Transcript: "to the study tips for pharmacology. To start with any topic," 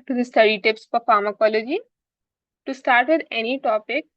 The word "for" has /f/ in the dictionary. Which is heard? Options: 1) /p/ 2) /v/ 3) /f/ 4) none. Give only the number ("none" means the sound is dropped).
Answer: 1